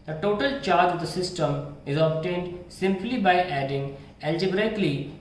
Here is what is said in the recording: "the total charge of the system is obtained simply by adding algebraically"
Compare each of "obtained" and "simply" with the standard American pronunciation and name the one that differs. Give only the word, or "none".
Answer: none